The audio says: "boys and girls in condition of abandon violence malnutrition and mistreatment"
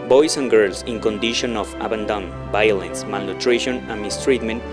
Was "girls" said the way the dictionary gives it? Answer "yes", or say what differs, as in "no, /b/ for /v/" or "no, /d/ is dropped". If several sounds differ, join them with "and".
no, /s/ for /z/